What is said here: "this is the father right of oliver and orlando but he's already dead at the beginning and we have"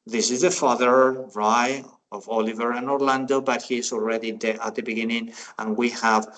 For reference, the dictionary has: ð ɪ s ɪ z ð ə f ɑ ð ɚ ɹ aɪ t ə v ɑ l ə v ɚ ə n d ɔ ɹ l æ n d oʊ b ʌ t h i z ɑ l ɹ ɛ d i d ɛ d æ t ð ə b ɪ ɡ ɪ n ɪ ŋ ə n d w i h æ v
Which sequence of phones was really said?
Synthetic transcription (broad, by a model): ð ɪ s ɪ z ð ə f ɑ ð ɚ ɹ aɪ ə v ɑ l ə v ɚ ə n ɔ ɹ l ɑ n d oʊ b ʌ t h i z ɑ l ɹ ɛ d i d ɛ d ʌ t ð ə b ɪ ɡ ɪ n ɪ ŋ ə n w i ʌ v